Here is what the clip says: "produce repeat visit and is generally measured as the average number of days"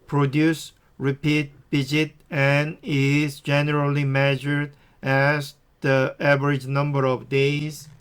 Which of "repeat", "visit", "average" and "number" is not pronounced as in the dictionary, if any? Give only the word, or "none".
visit